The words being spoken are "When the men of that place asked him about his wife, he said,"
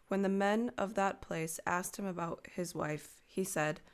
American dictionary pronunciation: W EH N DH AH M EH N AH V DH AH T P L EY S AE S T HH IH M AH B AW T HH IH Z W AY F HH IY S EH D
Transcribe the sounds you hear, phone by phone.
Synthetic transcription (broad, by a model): W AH N DH AH M EH N AH V DH AH T P L EY S AE S T HH IH M AH B AW T HH IH Z W AY F HH IY S EH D